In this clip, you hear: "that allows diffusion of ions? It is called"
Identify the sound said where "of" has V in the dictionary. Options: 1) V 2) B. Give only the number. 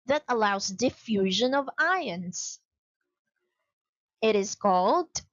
1